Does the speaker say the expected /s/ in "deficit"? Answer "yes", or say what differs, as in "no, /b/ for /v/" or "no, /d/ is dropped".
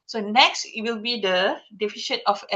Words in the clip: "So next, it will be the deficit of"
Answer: no, /ʃ/ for /s/